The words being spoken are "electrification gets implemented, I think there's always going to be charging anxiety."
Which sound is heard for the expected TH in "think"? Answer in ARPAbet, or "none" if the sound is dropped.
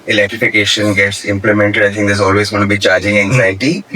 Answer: T